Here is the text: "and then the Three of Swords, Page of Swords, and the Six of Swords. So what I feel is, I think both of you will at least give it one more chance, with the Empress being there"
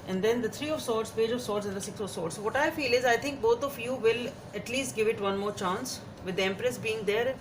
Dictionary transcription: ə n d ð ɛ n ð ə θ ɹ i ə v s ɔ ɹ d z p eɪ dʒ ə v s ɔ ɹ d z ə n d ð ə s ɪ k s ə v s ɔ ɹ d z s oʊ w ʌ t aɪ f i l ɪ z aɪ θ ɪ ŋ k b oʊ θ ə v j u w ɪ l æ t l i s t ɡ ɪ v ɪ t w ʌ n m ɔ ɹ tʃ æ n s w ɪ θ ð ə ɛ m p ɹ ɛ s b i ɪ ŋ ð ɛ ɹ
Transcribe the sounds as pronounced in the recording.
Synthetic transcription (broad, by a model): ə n d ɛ n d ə t ɹ i ə v s ɔ ɹ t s p eɪ dʒ ə v s ɔ ɹ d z ə n d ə s ɪ k s ə v s ɔ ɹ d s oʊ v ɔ t aɪ f i l ɪ z aɪ t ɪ ŋ k b oʊ t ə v j u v ɪ l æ t l i s t ɡ ɪ v ɪ t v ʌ n m ɔ ɹ tʃ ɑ n s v ɪ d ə ɛ m p ɹ ɛ s b i ɪ ŋ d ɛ ɹ